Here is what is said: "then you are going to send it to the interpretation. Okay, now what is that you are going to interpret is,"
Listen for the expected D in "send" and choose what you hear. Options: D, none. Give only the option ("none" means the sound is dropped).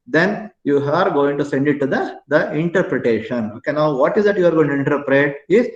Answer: D